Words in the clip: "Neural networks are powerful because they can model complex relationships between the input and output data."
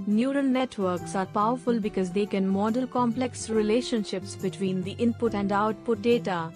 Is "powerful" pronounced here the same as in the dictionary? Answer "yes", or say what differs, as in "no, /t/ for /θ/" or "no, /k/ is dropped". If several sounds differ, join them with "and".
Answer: yes